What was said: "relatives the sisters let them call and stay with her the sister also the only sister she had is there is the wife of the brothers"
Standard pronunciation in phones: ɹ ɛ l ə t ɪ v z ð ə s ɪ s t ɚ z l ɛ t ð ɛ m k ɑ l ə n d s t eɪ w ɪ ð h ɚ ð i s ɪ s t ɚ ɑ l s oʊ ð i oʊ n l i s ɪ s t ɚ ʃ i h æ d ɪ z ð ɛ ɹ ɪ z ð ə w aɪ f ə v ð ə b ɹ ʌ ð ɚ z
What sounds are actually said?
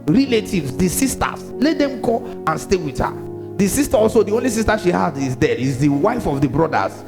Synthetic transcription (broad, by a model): ɹ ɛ l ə t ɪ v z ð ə s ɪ s t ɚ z l ɛ t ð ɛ m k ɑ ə n s t eɪ w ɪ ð h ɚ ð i s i s t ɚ ɑ l s oʊ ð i oʊ n l i s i s t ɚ ʃ i h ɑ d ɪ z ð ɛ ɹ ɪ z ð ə w aɪ f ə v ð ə b ɹ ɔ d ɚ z